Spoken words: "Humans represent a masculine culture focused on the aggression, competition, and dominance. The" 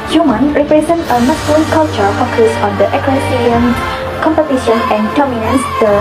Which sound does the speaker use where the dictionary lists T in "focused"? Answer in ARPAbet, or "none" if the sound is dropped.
none